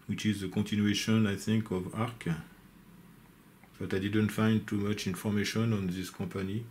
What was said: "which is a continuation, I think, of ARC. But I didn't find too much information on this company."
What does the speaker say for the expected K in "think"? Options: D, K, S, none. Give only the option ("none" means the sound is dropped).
K